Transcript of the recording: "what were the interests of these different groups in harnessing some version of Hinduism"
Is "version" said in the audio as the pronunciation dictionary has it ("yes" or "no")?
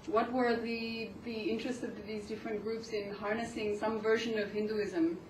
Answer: yes